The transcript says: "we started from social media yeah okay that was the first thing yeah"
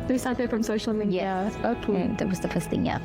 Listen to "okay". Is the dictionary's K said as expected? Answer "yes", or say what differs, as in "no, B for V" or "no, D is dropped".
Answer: no, K is dropped